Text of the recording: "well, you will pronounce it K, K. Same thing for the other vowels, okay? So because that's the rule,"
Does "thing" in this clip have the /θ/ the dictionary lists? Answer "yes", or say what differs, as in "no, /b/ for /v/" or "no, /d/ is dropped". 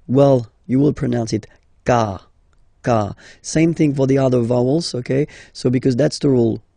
yes